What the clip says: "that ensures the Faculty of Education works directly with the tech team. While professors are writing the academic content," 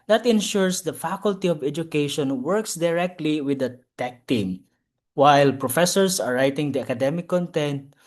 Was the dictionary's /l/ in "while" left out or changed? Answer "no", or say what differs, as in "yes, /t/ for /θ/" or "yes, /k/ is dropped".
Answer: no